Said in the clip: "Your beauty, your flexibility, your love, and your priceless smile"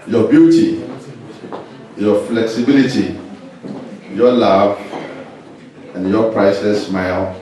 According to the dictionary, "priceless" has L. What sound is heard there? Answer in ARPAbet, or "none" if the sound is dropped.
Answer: none